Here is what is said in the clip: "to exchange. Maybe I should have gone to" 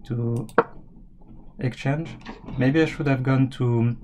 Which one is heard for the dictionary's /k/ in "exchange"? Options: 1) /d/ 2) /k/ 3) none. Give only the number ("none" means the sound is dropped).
2